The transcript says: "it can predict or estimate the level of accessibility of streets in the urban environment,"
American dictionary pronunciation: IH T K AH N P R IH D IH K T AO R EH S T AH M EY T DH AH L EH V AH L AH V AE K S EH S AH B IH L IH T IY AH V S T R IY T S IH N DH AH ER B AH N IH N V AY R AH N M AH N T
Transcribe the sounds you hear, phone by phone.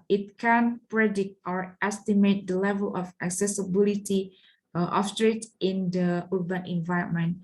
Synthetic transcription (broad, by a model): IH T K AH N P R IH D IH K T AO R EH S T AH M EY T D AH L EH V AH L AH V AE K S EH S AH B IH L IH T IY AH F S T R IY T IH N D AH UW B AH N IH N V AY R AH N M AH N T